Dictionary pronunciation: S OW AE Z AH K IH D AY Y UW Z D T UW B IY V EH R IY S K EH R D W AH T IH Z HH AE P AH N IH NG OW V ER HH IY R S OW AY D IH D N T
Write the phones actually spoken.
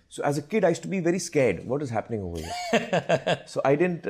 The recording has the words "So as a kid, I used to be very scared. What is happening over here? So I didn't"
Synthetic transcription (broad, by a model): S OW AE Z AH K IH D AY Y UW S T UW B IY V EH R IY S K EH R D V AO T IH Z HH AE P AH N IH NG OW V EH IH S OW AY D IH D N T